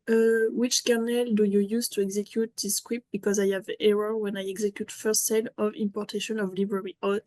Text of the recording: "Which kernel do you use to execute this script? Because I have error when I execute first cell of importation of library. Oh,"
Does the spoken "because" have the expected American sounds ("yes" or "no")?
yes